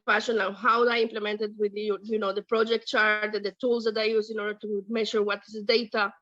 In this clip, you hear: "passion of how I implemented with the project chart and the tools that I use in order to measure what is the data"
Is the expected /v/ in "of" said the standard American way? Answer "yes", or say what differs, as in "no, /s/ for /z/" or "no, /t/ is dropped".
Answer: no, /w/ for /v/